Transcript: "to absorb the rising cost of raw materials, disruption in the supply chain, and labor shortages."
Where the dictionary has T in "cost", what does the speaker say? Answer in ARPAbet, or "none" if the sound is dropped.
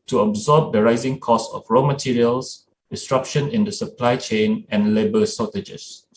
none